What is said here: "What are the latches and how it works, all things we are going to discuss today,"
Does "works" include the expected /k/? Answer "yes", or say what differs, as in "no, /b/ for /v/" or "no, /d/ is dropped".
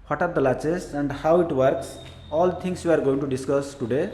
yes